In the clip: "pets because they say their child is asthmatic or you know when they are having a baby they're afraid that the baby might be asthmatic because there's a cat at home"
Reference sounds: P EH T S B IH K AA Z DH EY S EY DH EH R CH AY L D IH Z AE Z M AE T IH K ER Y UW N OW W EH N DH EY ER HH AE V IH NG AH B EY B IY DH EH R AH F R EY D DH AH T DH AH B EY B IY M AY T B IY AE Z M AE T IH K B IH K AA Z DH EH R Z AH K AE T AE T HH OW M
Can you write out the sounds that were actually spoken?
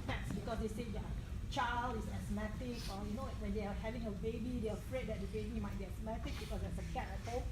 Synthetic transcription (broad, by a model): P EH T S B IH K AA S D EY S EY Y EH CH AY L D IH S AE S M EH T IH K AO Y UW N OW W EH N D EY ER HH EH V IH NG AH B EY B IY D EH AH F R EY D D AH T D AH B EY B IY M AY T B IY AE S M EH T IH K B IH K AA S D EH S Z AH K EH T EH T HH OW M